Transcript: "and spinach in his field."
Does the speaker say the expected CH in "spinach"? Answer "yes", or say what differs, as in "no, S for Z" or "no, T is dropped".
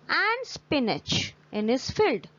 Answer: yes